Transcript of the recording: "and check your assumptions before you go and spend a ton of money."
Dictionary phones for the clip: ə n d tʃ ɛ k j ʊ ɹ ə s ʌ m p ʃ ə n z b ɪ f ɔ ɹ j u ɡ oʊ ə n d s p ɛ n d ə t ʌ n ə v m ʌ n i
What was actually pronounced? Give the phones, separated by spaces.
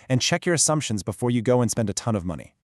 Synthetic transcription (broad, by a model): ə n tʃ ɛ k j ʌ ɹ ə s ʌ m p ʃ ə n z b ɪ f ɔ ɹ j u ɡ oʊ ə n s p ɛ n d ə t ʌ n ə v m ʌ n i